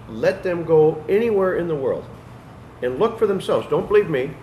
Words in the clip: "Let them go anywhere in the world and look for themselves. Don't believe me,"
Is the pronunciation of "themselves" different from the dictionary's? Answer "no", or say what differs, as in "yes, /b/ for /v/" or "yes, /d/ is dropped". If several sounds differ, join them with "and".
no